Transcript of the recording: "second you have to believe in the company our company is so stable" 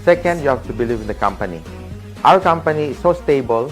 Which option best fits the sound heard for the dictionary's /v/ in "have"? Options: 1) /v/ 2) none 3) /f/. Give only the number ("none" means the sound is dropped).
3